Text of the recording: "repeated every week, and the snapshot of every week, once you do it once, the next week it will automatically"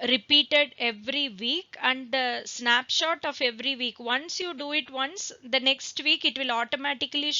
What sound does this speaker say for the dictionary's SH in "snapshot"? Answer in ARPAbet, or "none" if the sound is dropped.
SH